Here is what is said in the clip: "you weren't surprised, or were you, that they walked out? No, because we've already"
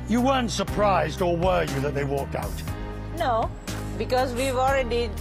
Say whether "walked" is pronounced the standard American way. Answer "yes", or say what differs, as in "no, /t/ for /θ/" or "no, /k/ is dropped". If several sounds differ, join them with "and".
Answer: yes